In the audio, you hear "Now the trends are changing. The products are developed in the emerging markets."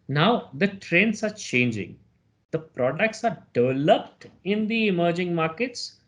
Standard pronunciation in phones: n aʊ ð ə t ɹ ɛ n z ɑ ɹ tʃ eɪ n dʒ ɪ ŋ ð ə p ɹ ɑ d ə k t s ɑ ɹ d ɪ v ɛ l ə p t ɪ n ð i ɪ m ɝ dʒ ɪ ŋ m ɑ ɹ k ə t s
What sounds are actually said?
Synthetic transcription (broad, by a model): n aʊ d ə t ɹ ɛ n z ɑ ɹ tʃ eɪ n dʒ ɪ ŋ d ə p ɹ ɑ d ə k t s ɑ ɹ d ɪ v ɛ l ə p t ɪ n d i ɪ m ɝ dʒ ɪ ŋ m ɑ ɹ k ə t s